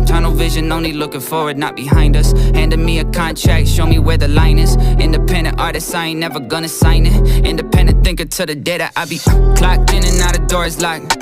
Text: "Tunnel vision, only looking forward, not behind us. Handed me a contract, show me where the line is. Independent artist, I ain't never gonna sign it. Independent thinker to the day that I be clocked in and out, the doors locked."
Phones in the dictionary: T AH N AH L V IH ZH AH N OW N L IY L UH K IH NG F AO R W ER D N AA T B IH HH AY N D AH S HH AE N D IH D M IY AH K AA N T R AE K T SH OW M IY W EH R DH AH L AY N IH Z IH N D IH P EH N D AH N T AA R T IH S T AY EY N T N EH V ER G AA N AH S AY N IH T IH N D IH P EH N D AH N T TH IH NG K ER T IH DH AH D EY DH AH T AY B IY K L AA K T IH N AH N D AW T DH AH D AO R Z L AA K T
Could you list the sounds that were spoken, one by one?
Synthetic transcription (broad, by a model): T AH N L V IH ZH AH N OW N L IY L UH K IH NG F AO R W ER D N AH T B IH HH AY N D AH S HH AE N D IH M IY AH K AA N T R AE K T SH OW M IY W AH R DH AH L AY N IH Z IH N D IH P EH N D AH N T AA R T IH S AY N N EH V ER G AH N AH S AY N IH T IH N D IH P EH N D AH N TH IH NG K ER T IH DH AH D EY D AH T AY B IY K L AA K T IH N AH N AW T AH D AO R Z L AA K